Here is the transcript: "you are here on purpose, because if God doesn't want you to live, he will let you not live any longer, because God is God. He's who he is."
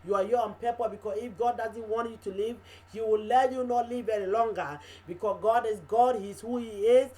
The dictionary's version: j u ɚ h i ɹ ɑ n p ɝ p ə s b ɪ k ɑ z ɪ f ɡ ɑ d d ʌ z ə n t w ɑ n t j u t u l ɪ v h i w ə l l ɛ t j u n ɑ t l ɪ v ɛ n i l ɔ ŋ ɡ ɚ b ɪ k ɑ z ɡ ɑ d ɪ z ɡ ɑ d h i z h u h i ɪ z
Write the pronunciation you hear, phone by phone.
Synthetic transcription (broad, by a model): j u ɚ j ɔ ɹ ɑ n p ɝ p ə b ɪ k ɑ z ɪ f ɡ ɑ d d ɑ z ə n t w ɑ n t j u t u l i v h i w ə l l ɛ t j u n ɑ t l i v ɛ n i l ɔ ŋ ɡ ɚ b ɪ k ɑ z ɡ ɑ d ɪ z ɡ ɑ d h i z h u h i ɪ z